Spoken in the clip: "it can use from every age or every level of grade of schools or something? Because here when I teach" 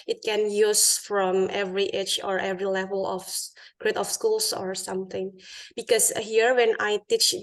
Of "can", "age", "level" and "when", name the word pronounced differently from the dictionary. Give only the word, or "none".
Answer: age